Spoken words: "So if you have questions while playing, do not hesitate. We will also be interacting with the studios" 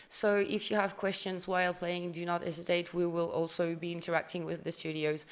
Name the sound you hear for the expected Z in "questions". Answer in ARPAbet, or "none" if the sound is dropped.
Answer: Z